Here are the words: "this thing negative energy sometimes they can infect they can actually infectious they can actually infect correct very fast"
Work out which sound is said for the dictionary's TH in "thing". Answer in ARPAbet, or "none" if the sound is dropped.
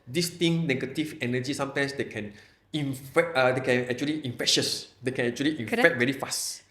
T